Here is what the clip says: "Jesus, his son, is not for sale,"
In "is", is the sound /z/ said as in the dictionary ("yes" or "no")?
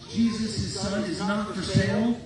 yes